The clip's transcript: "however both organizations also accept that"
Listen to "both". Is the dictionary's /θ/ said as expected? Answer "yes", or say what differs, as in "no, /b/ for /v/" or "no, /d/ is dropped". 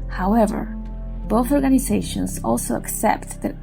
yes